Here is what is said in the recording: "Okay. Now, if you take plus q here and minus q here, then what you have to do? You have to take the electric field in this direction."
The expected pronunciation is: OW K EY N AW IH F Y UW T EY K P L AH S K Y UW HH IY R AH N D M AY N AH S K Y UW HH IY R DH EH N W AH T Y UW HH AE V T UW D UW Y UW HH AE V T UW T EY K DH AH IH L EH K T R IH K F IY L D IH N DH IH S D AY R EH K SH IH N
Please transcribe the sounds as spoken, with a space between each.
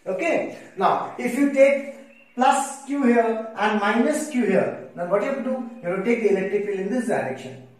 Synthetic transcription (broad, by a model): OW K EY N AW IH F Y UW T EY K P L AH S K Y UW HH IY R AH N D M AY N AH S K Y UW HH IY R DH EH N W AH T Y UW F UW D UW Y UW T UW T EY K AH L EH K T IH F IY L IH N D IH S D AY R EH K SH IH N